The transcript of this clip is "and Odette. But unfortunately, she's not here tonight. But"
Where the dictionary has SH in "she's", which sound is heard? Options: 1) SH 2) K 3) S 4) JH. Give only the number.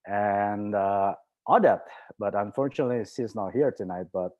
3